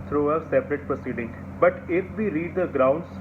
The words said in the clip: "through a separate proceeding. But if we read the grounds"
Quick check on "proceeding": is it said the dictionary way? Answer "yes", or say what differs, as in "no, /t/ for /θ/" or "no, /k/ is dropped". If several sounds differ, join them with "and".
yes